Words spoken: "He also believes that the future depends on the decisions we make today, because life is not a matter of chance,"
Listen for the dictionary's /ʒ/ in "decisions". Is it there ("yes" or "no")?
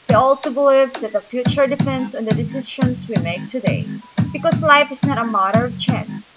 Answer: no